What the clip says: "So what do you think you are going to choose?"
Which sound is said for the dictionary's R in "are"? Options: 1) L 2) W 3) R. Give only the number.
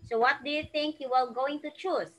1